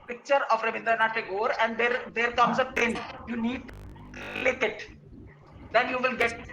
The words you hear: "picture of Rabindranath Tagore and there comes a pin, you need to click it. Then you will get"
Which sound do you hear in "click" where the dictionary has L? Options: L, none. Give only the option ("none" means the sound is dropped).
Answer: none